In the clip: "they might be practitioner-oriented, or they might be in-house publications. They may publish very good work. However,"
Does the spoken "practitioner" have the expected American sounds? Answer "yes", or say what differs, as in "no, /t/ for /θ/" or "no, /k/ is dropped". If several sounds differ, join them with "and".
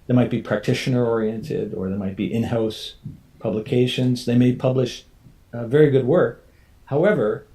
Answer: yes